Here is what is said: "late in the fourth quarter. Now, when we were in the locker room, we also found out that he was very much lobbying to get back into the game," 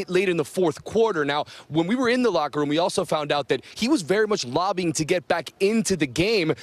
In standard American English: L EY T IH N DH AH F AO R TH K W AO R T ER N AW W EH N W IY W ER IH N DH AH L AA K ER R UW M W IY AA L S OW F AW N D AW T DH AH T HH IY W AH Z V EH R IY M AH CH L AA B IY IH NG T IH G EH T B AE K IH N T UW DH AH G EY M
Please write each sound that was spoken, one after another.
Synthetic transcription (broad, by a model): L EY T IH N DH AH F AO R TH K W AO R T ER N AW W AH N W IY W ER IH N DH AH L AA K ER R UW M W IY AA L S OW F AW N D AW T DH AH T HH IY W AH Z V EH R IY M AH CH L AA B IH NG T IH G EH T B AE K IH N T UW DH AH G EY M